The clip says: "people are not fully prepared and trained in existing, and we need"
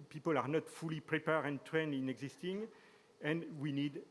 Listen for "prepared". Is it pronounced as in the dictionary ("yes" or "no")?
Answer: no